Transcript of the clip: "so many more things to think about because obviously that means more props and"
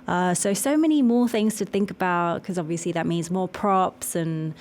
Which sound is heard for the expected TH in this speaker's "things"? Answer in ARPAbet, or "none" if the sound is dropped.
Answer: TH